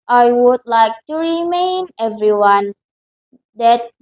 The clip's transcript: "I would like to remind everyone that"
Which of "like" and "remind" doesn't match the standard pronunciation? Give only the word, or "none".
remind